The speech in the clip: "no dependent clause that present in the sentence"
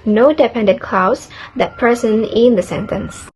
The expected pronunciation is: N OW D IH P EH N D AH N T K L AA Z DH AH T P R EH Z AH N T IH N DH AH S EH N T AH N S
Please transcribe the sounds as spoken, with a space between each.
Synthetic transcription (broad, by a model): N OW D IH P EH N D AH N K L AA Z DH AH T P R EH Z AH N IH N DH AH S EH N T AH N S